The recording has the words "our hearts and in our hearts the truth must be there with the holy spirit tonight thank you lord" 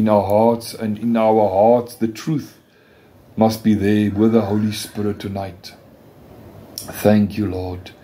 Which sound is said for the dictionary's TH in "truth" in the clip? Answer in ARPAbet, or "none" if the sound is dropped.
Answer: TH